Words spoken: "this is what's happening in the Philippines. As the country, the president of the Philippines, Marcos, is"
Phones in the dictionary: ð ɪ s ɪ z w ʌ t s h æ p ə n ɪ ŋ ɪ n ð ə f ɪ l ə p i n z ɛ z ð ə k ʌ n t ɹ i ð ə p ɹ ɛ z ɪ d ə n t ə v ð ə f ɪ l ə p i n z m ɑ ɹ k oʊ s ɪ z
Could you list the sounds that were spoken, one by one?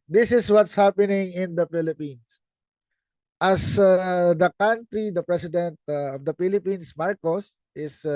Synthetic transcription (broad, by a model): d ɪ s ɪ s w ʌ t s h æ p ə n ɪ ŋ ɪ n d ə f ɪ l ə p i n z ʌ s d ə k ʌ n t ɹ i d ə p ɹ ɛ s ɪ d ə n t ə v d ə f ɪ l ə p i n s m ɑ ɹ k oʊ s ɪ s